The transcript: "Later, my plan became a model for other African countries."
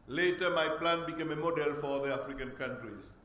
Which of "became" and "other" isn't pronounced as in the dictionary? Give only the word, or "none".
other